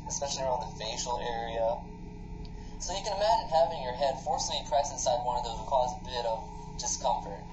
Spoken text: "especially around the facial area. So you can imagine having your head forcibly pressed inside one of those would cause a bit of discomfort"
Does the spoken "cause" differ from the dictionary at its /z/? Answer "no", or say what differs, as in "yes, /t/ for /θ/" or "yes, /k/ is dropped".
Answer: no